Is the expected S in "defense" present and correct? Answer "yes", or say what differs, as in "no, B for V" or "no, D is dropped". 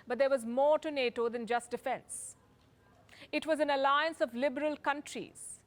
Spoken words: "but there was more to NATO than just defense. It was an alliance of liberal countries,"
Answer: yes